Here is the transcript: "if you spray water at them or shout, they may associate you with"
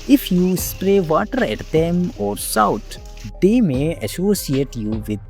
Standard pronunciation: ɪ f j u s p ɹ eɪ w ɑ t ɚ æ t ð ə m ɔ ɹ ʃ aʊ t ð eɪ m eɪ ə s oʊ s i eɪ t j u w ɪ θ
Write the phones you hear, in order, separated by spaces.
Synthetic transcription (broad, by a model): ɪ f j u s p ɹ eɪ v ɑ t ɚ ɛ t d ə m ɔ ɹ s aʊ t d eɪ m eɪ ə s oʊ s i eɪ t j u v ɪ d